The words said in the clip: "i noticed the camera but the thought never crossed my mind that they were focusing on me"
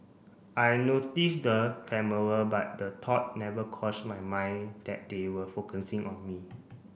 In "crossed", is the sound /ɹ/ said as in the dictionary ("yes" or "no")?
no